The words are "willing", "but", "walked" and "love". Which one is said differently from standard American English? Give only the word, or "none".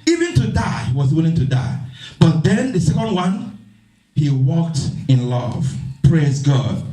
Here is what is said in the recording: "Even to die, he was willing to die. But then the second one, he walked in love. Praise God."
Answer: none